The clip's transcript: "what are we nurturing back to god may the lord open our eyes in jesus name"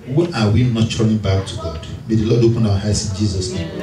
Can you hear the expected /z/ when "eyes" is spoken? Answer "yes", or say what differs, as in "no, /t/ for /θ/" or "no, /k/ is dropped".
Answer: no, /s/ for /z/